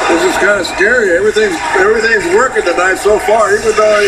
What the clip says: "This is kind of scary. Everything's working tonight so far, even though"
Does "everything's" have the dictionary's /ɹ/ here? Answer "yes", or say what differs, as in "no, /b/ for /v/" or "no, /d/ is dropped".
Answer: yes